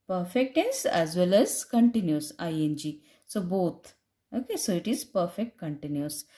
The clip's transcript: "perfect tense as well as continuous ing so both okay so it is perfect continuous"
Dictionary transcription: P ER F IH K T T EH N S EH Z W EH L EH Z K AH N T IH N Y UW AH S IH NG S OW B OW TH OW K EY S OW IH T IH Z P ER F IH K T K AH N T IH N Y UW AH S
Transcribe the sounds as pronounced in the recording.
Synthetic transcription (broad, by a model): P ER F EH K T T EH S EH Z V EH L EH Z K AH N T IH N Y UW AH S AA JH S OW B OW T OW K EY S OW IH T IH Z P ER F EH K T K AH N T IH N Y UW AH S